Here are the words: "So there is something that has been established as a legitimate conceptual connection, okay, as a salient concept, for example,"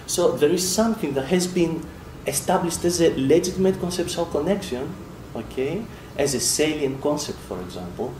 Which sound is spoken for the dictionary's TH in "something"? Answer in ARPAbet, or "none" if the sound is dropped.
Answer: TH